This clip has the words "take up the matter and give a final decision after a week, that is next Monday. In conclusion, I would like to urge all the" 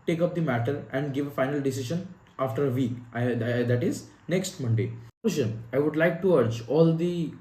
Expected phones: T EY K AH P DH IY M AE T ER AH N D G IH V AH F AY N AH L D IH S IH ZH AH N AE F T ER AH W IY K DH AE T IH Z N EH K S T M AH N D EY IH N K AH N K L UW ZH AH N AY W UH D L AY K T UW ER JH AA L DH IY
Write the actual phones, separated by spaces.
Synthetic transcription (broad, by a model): T EY K AH P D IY M AE T ER AH N D G IH V AH F AY N AH L D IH S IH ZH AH N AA F T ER AH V IY K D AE T IH Z N EH K S T M AH N D EY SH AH N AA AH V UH D L AY K T UW ER JH AA L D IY